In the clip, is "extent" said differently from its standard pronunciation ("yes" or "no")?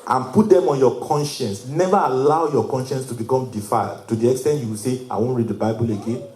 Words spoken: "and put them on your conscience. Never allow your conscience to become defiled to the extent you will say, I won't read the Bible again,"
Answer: no